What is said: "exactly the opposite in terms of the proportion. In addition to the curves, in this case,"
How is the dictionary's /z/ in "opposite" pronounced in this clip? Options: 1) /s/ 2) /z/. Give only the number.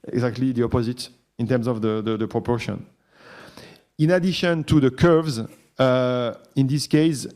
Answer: 2